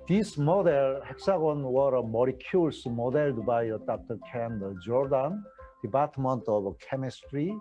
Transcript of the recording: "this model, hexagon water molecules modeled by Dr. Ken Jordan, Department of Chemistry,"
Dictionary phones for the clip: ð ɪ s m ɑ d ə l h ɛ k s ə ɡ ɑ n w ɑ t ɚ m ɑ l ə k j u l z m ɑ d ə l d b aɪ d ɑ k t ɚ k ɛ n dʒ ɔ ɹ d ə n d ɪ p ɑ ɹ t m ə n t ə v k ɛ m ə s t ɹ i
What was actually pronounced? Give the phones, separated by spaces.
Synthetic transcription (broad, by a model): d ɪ s m ɑ d ə l h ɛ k s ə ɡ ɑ n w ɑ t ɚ m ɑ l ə k j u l s m ɑ d ə l d b aɪ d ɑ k t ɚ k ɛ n dʒ ɔ ɹ d ə n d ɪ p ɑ ɹ t m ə n t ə b k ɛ m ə s t ɹ i